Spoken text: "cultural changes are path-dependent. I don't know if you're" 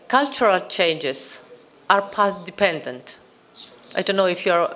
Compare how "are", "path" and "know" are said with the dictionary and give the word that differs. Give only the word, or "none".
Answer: path